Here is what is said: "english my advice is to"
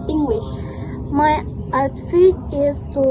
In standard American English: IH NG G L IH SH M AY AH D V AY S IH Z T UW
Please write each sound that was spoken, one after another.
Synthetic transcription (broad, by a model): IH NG G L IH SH M AY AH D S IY IH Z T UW